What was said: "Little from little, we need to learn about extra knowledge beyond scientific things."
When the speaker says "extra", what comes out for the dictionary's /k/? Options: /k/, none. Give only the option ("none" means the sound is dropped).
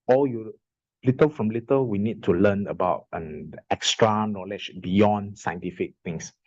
/k/